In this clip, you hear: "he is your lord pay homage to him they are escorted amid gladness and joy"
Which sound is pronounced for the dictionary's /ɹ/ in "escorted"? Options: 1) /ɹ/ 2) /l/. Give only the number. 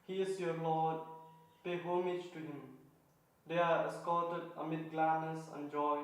2